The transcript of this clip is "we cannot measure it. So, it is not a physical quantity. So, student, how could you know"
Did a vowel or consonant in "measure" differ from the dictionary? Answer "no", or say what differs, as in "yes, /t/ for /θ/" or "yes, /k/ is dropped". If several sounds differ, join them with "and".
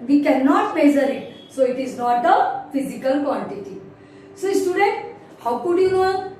yes, /z/ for /ʒ/